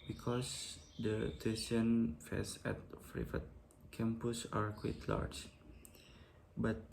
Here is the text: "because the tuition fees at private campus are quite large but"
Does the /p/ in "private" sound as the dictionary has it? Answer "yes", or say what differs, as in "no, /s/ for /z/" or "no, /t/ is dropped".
no, /f/ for /p/